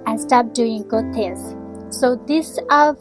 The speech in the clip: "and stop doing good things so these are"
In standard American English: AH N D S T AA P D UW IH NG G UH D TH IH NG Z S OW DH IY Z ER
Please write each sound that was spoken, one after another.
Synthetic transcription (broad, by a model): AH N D S T AA P D UW IH NG G UH D T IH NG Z S OW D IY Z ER